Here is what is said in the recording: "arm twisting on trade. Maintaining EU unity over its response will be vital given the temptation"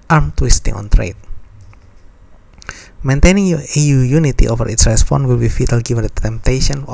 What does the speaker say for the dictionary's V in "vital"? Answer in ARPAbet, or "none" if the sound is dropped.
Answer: F